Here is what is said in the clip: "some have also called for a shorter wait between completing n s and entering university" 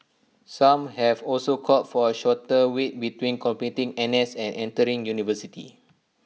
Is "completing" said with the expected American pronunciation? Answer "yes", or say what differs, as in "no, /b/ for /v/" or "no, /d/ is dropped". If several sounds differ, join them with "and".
no, /l/ is dropped